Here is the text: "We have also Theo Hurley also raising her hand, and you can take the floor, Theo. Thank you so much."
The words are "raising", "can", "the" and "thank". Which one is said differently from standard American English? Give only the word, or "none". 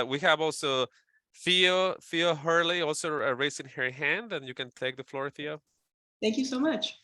raising